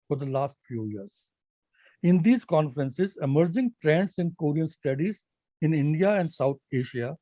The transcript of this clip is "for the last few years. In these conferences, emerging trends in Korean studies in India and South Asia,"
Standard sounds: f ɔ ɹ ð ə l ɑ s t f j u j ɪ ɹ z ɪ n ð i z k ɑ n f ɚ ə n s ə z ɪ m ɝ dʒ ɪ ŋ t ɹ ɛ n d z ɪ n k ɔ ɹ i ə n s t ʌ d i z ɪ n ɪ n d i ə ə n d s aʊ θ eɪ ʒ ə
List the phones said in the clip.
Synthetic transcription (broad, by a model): f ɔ ɹ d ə l ɑ s t f j u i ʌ ɹ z ɪ n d i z k ɑ n f ɚ ə n s ə z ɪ m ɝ dʒ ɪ ŋ t ɹ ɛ n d s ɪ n k ɔ ɹ i ə n s t ʌ d i z ɪ n ɪ n d i ə ə n d s aʊ t eɪ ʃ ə